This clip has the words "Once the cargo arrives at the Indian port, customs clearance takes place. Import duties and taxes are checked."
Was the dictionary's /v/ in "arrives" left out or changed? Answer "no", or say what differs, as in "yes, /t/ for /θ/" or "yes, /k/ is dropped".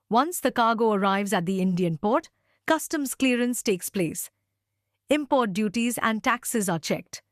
no